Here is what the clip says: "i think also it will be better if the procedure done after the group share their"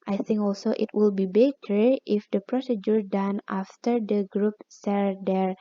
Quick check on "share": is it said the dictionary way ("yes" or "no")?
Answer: no